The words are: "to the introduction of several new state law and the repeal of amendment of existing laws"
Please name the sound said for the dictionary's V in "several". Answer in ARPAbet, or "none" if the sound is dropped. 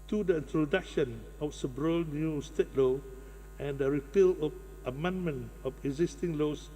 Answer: B